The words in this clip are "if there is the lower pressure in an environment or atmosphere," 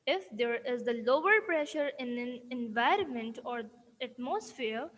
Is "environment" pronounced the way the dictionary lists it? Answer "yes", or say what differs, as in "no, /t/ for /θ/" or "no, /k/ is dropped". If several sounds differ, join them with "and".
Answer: yes